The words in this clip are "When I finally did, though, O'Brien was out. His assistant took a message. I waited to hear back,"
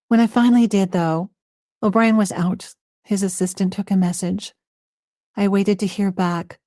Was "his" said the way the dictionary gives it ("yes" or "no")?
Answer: yes